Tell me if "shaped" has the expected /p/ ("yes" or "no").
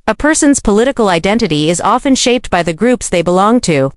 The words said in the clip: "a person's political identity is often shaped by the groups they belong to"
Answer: yes